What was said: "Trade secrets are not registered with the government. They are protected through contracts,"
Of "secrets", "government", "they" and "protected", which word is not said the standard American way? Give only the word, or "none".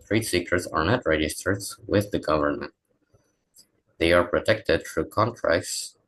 secrets